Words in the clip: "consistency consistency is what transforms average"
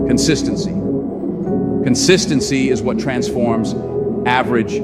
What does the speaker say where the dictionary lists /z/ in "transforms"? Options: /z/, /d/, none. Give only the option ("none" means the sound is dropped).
/z/